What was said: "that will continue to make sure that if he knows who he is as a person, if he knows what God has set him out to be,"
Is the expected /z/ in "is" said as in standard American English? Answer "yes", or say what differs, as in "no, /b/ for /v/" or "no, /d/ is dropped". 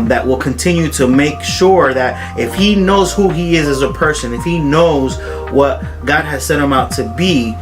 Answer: yes